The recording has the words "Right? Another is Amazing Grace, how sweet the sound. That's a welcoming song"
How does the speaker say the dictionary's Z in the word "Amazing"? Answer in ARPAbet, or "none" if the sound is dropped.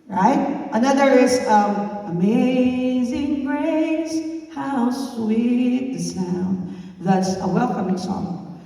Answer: Z